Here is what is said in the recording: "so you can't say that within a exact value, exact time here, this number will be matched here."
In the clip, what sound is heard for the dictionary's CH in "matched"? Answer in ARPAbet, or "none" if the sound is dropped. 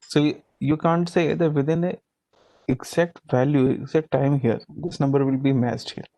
S